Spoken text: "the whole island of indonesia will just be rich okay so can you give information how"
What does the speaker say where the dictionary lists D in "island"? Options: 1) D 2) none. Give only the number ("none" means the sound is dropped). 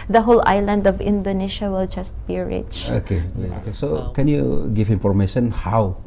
1